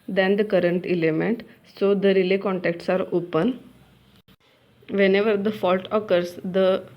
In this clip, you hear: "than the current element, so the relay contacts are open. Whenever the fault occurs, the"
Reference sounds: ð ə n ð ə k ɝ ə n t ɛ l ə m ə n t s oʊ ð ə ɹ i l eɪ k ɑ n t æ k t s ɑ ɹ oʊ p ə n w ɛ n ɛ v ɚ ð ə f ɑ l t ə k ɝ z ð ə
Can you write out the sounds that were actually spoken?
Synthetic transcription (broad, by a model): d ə n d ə k ɝ ə n t ɛ l ə m ə n t s oʊ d ə ɹ i l eɪ k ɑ n t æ k t s ɑ ɹ oʊ p ə n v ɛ n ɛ v ɚ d ə f ɑ l t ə k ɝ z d ə